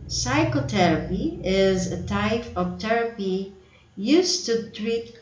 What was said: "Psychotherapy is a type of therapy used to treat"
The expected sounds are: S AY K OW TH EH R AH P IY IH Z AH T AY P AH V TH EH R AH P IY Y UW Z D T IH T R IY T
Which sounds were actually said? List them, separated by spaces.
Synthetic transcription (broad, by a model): S AY K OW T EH R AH P IY IH Z AH T AY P AH V T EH R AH P IY Y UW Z T IH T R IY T